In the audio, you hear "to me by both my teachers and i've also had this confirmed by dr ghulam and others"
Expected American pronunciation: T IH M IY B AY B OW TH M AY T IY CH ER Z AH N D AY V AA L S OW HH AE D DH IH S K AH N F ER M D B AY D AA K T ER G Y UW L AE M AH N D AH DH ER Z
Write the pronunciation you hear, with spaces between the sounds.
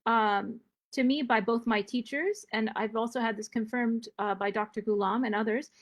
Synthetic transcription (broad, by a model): T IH M IY B AY B OW TH M AY T IY CH ER Z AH N AY V AA L S OW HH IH D DH IH S K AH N F ER M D B AY D AA K T ER G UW L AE M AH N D AH DH ER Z